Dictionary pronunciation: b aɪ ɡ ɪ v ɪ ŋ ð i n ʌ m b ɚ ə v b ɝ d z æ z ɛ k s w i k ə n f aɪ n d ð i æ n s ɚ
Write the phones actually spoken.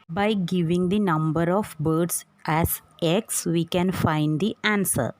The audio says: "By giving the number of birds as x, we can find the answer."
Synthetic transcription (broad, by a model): b aɪ ɡ ɪ v ɪ ŋ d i n ʌ m b ɚ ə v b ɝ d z æ z ɛ k s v i k ə n f aɪ n d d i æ n s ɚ